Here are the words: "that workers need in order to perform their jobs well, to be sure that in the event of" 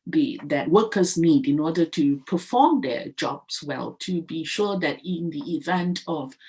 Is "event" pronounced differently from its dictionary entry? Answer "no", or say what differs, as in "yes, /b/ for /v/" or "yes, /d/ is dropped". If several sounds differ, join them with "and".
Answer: no